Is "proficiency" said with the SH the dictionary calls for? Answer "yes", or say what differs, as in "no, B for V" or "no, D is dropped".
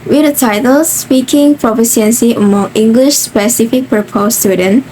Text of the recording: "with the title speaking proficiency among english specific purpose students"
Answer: no, S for SH